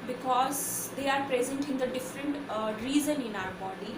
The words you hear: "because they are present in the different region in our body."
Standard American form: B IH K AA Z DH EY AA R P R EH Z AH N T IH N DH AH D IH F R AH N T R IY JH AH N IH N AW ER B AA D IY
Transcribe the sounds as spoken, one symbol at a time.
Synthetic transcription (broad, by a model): B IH K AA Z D EY AA R P R EH Z AH N T IH N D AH D IH F R AH N T R IY Z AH N IH N AW ER B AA D IY